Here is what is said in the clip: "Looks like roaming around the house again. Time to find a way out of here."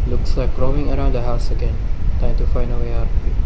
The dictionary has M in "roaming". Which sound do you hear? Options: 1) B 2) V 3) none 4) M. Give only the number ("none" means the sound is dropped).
3